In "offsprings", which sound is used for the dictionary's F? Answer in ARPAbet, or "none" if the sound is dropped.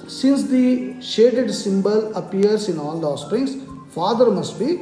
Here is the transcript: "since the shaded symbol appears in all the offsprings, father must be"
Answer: none